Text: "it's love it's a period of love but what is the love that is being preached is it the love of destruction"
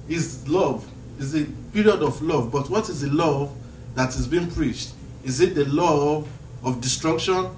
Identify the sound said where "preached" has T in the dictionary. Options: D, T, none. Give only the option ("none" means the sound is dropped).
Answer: T